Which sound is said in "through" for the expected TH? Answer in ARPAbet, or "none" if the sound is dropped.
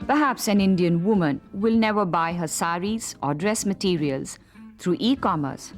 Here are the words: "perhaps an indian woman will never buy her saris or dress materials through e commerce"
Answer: T